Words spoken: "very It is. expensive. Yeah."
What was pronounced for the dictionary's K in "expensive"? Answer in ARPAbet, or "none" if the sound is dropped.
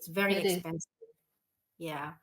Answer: none